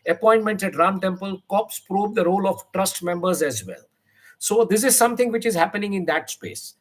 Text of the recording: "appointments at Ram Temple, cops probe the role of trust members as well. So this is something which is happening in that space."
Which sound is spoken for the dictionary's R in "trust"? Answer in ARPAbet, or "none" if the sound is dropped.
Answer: R